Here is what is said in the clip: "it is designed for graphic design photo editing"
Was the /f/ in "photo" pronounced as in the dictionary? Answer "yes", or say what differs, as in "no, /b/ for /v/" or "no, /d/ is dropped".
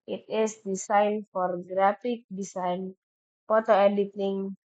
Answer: no, /p/ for /f/